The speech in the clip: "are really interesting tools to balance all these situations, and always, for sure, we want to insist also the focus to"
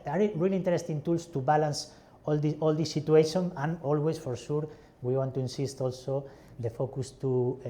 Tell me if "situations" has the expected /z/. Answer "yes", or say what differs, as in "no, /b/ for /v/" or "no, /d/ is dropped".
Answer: no, /z/ is dropped